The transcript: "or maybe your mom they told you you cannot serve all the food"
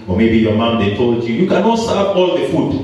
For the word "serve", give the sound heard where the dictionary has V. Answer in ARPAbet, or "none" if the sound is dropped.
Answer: P